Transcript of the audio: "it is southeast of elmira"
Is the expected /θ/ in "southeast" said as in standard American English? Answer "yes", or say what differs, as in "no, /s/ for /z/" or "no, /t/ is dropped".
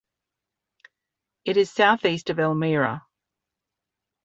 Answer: yes